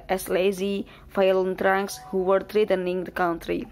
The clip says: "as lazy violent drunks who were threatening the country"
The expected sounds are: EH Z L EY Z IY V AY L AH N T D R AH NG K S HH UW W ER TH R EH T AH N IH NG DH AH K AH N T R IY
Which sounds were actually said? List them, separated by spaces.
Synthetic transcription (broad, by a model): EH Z L EY Z IY F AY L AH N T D R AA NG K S HH UW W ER T R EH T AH N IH NG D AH K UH N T R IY